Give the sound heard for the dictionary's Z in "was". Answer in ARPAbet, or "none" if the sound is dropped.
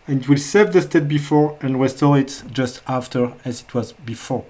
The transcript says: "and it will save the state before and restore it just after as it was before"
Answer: Z